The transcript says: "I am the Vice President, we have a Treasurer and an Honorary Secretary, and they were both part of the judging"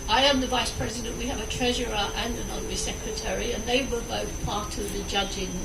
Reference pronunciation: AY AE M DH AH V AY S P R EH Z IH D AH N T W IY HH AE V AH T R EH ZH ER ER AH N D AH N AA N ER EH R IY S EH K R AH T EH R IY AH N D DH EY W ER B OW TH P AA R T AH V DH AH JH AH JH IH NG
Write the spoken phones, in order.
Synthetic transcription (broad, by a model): AY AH M DH AH V AY S P R EH Z IH D AH N T W IY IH V AH T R EH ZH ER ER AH N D AH N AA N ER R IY S EH K R AH T EH R IY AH N DH EY W ER B OW TH P AA R T AH V DH AH JH AH JH IH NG